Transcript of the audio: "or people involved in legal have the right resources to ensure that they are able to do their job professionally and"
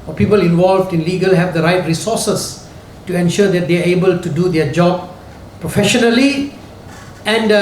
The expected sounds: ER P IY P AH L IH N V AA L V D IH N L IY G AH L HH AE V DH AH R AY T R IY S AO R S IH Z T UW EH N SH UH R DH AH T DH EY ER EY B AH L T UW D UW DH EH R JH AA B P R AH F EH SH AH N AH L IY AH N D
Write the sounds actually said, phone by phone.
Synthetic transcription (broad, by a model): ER P IY P AH L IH N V AA L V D IH N L IY G AH L HH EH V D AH R AY T R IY S AO S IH S T UW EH N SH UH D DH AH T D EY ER EY B AH L T UW D UW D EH JH AA B P R AH F EH SH AH N AH L IY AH N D